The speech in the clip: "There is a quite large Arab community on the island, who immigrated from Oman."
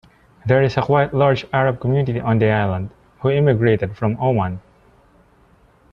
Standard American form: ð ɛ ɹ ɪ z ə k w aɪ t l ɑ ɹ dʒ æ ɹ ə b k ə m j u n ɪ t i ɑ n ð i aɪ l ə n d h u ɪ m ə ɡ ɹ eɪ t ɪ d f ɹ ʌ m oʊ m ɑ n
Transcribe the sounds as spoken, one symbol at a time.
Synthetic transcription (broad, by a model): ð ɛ ɹ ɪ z ə k w aɪ t l ɑ ɹ dʒ æ ɹ ə b k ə m j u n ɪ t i ɑ n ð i aɪ l ə n d h u ɪ m ə ɡ ɹ eɪ t ɪ d f ɹ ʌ m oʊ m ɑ n